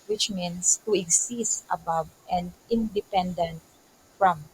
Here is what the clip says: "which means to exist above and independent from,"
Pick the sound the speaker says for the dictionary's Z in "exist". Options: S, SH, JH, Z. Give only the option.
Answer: S